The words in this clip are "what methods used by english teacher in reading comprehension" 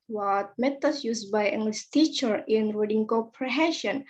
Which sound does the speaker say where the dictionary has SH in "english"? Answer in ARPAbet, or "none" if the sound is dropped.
S